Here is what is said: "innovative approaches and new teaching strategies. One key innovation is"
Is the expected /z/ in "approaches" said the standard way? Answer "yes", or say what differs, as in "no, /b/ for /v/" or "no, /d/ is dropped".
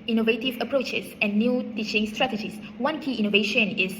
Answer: no, /s/ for /z/